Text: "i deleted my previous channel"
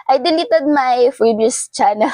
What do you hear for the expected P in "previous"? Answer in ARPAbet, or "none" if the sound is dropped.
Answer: F